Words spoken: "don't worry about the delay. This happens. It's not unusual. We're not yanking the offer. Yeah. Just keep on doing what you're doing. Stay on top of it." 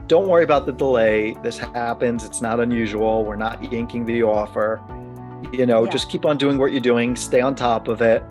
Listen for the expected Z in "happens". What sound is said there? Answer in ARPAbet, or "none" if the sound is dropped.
Z